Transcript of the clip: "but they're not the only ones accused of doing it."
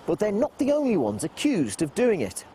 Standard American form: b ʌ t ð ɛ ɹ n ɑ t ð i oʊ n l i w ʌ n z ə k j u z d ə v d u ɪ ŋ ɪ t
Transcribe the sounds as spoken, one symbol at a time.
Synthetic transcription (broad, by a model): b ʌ t ð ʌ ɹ n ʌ t ð i oʊ n l i w ʌ n z ə k j u z d ə v d u ɪ ŋ ɪ t